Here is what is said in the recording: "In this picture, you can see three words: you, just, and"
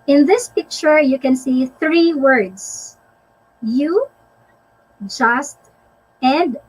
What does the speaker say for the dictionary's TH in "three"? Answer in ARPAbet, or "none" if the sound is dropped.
TH